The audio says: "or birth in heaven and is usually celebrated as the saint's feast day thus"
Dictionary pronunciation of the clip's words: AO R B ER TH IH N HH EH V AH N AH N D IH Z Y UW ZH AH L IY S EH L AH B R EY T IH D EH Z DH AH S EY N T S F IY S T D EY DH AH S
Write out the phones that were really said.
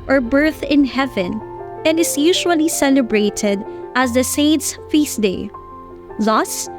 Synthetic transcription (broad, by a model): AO R B ER TH IH N HH EH V AH N AH N D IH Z Y UW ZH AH L IY S EH L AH B R EY T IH D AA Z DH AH S EY N T S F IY S D EY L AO S